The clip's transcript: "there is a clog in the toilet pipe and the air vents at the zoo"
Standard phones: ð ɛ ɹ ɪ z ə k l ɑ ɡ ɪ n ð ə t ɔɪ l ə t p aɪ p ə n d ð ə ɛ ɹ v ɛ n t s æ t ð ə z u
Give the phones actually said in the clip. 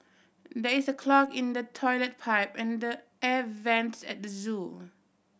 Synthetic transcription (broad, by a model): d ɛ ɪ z ə k l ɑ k ɪ n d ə t ɔɪ l ə t p aɪ p ə n d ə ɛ v ɛ n t s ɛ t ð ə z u